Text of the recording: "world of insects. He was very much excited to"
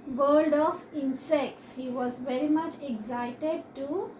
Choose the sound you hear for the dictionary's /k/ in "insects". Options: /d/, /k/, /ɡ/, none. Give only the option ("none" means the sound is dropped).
/k/